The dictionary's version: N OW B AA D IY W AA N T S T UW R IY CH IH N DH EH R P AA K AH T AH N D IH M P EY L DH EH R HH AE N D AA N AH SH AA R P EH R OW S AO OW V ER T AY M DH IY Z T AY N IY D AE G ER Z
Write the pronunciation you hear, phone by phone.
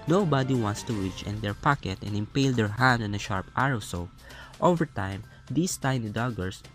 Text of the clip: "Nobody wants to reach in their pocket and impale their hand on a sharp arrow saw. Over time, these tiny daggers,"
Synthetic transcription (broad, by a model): N OW B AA D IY W AA N T S T UW W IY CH IH N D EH R P AA K AH T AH N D IH M P EY L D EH R HH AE N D AA N AH SH AA R P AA R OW S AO OW V ER T AY M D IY S T AY N IY D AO G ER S